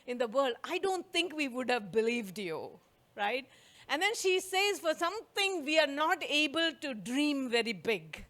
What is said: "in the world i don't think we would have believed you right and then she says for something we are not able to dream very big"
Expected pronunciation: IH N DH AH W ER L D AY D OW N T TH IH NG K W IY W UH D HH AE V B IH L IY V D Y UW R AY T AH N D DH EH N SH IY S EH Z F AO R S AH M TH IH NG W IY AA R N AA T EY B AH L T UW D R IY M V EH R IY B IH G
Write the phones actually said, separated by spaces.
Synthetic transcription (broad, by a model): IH N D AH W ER L D AY D OW N T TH IH NG K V IY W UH D HH AE V B IH L IY V D Y UW R AY T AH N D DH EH N SH IY S EH Z F AO R S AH M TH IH NG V IY AA R N AA T EY B AH L T UW D R IY M V EH R IY B IH G